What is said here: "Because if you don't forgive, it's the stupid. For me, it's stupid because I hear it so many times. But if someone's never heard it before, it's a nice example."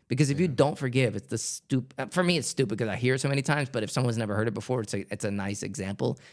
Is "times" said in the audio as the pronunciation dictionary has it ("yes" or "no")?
yes